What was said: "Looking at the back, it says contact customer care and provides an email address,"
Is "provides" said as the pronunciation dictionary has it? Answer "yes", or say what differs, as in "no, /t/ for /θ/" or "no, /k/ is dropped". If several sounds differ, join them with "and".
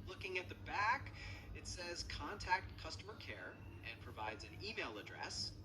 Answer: yes